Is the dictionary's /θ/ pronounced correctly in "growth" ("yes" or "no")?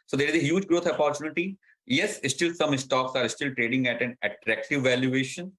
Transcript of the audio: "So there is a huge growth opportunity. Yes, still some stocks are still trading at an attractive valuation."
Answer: no